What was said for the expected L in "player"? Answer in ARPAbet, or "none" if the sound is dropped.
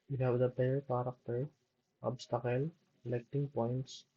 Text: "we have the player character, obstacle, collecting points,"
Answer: none